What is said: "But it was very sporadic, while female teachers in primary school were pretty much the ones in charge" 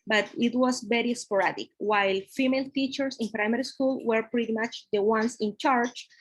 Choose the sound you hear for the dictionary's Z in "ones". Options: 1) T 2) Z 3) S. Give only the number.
3